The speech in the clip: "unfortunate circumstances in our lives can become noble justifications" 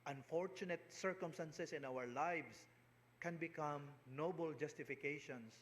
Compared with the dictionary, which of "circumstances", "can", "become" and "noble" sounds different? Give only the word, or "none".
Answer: circumstances